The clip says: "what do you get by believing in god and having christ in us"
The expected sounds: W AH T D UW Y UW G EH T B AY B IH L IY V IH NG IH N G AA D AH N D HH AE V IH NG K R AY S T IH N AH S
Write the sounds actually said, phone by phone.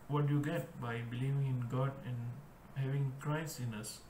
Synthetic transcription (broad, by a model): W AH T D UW Y UW G EH T B AY B IH L IY V IH NG IH N G AA D AH N D HH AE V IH NG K R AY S IH N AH S